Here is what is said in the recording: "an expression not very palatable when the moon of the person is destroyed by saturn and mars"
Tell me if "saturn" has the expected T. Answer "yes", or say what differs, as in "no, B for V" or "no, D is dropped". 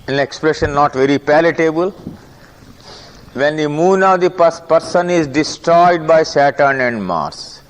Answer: yes